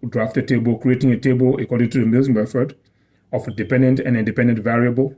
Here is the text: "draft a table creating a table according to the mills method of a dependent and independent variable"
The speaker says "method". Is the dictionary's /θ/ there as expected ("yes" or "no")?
no